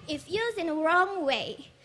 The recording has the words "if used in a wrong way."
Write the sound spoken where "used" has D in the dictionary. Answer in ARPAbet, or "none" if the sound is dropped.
none